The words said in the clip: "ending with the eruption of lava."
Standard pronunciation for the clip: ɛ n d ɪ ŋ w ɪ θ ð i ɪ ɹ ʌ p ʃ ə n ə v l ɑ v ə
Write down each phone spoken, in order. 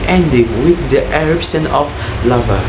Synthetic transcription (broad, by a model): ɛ n d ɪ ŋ w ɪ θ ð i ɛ ɹ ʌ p s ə n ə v l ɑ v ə